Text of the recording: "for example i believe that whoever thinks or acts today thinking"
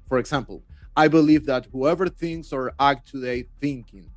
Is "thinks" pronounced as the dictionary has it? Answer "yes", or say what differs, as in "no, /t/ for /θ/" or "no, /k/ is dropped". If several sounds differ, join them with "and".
yes